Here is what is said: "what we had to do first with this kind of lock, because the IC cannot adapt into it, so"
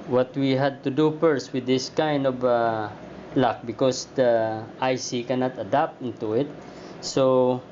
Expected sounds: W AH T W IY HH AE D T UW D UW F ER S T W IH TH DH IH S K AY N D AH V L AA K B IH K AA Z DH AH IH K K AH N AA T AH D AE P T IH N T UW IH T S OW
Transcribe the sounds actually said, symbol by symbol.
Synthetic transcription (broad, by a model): W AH T W IY HH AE D T UW D UW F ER S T W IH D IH S K AY N D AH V L AA K B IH K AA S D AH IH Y K AH N AA T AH D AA P T IH N T UW IH T S OW